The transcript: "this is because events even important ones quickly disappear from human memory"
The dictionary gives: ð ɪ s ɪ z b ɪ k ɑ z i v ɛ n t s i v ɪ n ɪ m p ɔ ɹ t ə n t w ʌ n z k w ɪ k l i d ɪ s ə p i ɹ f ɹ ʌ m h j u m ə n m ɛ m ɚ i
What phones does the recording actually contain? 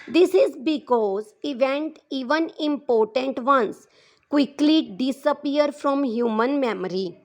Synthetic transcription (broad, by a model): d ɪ s ɪ z b ɪ k ɑ z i v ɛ n t i v ɪ n ɪ m p ɔ ɹ t ə n t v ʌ n s k w ɪ k l i d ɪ s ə p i ɹ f ɹ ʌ m h j u m ə n m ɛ m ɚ i